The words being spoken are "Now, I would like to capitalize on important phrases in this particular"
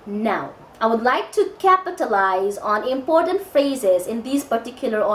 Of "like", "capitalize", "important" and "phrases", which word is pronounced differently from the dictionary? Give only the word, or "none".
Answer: none